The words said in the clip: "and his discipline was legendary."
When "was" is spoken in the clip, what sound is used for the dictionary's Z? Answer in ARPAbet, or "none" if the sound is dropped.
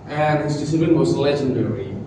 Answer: S